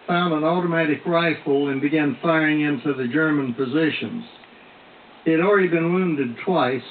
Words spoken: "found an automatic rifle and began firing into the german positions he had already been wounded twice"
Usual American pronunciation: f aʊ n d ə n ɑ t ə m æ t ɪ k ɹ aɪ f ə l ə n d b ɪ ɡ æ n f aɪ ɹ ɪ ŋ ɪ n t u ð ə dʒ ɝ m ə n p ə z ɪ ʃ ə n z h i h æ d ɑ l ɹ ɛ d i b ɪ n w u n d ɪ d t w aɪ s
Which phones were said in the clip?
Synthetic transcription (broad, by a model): f aʊ n d ə n ɑ t ə m æ t ɪ k ɹ aɪ f l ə n b ɪ ɡ æ n f aɪ ɹ ɪ ŋ ɪ n t u ð ə dʒ ɝ m ə n p ə z ɪ ʃ ə n z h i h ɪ d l ɹ ɛ d i b ɪ n w u n d ɪ d t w aɪ s